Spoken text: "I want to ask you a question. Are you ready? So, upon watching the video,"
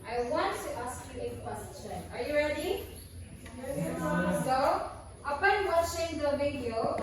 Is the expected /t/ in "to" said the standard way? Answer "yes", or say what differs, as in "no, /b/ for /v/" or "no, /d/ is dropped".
yes